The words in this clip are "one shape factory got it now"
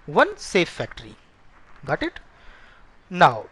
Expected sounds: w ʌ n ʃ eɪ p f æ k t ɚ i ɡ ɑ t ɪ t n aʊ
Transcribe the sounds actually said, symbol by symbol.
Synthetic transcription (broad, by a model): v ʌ n s eɪ f æ k t ɚ i ɡ ɑ t ɪ t n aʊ